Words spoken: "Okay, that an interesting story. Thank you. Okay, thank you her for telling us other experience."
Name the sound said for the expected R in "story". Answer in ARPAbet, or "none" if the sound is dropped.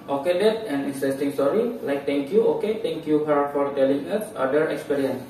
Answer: L